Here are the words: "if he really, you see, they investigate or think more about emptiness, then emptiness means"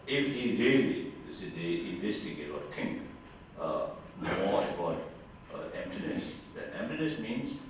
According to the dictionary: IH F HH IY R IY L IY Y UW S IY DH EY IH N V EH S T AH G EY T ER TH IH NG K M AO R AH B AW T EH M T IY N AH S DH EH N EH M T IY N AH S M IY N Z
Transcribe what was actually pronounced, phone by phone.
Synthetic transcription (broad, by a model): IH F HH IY R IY IY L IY S IY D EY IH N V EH S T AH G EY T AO T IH NG K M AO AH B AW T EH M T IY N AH S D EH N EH M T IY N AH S M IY N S